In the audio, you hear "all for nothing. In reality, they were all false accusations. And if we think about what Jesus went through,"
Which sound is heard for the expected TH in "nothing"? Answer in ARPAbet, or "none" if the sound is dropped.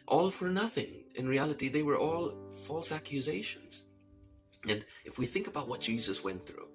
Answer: TH